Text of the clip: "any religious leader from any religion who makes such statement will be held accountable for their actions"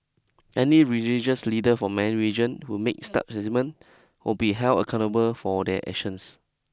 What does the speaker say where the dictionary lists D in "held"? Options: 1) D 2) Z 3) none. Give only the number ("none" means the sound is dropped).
3